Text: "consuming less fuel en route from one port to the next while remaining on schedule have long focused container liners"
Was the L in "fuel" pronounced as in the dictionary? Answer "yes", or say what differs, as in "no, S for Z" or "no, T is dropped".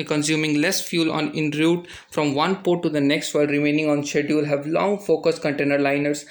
no, N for L